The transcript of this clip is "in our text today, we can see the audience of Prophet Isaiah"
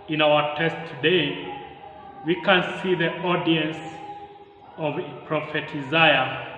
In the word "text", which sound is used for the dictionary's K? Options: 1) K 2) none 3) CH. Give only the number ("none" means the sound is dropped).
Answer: 2